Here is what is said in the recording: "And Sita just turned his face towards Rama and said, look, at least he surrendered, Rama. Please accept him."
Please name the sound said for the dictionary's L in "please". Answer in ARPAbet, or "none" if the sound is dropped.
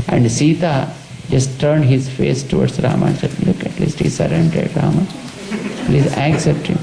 L